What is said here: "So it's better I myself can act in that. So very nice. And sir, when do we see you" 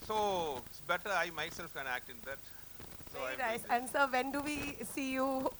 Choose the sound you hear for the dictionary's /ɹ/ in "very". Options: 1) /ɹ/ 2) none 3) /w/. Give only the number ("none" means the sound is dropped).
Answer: 2